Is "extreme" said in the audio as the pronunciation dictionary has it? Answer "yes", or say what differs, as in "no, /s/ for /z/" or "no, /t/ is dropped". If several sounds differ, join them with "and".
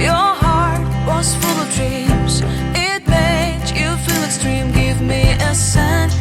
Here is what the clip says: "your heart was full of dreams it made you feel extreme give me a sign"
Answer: yes